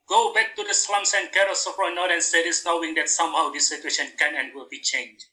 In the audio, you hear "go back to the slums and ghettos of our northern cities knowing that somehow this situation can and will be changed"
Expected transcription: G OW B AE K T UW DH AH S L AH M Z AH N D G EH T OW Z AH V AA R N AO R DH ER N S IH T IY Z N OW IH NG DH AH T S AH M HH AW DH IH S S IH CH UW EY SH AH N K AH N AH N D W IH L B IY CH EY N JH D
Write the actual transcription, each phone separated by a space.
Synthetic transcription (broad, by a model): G OW B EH K T UW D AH S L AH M S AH N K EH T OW S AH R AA N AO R ER N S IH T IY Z N OW IH NG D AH T S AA M HH AW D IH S S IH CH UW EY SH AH N K AH N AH N W IH L B IY CH EY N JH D